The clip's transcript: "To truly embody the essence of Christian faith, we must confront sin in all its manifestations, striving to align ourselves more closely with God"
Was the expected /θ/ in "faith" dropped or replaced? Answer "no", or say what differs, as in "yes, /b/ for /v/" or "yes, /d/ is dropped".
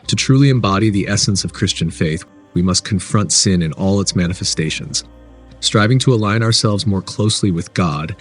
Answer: no